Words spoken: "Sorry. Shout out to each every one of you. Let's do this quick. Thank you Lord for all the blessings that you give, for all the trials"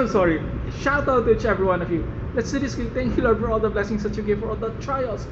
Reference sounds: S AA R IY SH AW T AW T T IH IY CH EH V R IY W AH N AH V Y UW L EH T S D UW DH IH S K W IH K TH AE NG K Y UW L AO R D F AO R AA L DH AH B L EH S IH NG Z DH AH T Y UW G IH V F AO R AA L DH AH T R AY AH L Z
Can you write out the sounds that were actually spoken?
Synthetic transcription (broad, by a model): S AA R IY SH AW T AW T T IH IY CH EH V R IY W AH N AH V Y UW L EH T S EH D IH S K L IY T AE NG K Y UW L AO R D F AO R AA L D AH B L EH S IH NG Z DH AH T Y UW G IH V F AO R AA L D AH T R AY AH L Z